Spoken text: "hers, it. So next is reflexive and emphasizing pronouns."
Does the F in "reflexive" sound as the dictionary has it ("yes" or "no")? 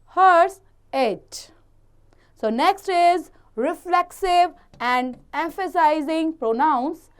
yes